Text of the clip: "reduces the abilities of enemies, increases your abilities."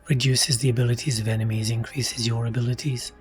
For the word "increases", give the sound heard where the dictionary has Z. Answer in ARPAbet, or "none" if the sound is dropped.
Z